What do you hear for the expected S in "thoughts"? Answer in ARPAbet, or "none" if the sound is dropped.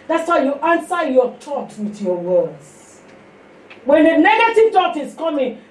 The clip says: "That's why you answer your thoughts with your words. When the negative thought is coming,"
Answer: none